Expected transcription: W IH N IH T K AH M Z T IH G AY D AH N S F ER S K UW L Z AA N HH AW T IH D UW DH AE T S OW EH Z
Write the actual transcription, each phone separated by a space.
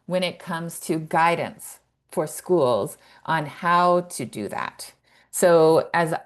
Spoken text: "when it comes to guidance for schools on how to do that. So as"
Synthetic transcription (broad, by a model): W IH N IH T K AH M Z T IH G AY D N S F ER S K UW L Z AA N HH AW T IH D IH DH AE T S OW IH Z